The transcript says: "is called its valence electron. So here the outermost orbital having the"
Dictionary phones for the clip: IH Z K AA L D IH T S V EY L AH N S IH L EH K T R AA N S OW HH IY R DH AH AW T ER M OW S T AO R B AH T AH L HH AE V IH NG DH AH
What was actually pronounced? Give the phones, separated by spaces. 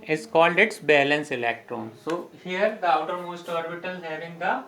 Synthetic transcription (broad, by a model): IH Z K AA L D IH T S B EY L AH N S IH L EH K T R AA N S OW HH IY R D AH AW T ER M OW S T AO R B AH T AH L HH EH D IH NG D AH